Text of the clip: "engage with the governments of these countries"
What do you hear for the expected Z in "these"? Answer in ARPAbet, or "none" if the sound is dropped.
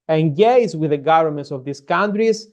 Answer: S